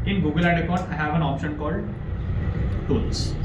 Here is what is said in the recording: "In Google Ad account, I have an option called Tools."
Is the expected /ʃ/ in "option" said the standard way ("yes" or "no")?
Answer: yes